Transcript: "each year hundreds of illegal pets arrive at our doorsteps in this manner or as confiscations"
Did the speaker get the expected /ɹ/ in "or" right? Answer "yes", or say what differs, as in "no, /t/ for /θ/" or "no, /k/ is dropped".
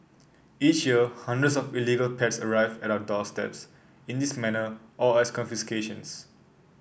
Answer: no, /l/ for /ɹ/